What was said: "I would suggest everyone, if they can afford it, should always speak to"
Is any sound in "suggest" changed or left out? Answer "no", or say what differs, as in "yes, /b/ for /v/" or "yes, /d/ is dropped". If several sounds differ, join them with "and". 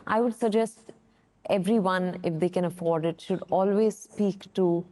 no